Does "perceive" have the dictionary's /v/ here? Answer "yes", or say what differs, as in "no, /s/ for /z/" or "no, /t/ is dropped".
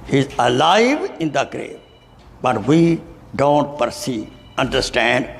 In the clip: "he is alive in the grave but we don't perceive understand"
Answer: no, /v/ is dropped